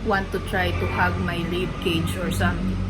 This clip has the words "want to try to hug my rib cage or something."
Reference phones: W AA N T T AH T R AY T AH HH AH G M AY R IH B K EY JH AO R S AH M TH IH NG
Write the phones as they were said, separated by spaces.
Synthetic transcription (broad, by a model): W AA N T T AH T R AY T AH HH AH G M AY L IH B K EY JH AO R S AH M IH